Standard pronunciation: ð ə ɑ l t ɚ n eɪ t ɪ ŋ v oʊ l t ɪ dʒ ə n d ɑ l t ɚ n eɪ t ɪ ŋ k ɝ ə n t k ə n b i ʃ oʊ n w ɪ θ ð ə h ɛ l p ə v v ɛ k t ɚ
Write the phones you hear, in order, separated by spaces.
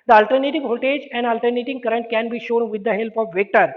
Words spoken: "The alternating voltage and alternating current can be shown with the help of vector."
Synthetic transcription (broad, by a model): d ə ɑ l t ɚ n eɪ t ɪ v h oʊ t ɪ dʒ ə n d ɑ l t ɚ n eɪ t ɪ ŋ k ɝ ə n t k ə n b i ʃ oʊ n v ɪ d ə h ɛ l p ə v v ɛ k t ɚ